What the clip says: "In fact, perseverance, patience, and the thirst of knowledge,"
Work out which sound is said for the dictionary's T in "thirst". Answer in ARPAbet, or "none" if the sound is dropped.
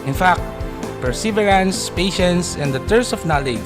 none